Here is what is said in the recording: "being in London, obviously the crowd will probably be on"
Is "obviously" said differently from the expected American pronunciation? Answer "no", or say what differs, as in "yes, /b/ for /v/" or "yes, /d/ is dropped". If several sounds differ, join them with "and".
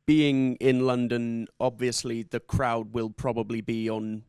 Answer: no